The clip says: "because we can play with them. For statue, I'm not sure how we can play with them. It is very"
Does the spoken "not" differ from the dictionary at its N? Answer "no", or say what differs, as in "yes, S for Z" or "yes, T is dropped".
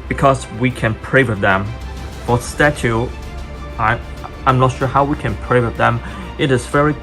no